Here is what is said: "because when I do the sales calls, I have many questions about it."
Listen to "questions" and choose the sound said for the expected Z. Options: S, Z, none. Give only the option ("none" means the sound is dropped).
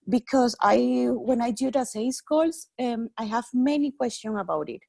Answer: none